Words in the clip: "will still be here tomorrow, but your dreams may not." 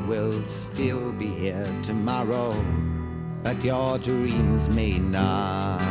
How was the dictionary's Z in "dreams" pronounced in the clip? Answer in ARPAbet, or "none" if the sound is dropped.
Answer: Z